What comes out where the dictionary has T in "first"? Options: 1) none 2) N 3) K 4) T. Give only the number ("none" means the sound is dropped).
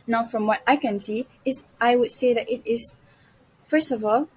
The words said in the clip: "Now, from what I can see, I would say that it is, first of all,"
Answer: 4